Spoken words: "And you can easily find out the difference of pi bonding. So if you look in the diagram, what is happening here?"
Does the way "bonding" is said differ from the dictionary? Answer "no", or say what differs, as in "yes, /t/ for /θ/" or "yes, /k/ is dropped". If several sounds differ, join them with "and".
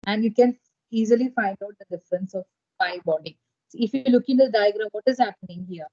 yes, /n/ is dropped